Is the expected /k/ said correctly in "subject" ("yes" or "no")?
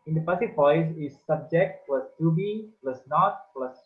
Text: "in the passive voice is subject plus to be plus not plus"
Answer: yes